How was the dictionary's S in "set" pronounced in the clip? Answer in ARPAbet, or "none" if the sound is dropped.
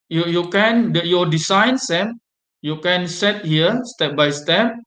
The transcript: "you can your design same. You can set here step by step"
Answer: S